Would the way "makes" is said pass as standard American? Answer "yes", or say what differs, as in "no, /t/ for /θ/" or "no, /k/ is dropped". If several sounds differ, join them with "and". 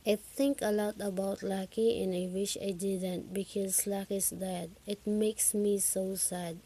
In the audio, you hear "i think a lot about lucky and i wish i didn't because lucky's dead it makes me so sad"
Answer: yes